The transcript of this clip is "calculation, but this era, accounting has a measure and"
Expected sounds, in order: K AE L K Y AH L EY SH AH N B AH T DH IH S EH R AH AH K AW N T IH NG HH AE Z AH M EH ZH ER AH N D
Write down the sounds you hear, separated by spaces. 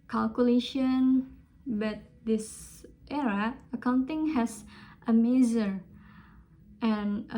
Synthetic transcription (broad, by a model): K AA L K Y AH L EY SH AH N B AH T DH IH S EH R AH AH K AW N T IH NG HH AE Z AH M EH Z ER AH N